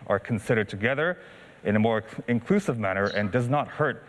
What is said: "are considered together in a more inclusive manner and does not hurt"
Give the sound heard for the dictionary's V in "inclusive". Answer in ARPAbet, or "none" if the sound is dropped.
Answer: V